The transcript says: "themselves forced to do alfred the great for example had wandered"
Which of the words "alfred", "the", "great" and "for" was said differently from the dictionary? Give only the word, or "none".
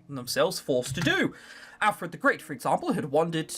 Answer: none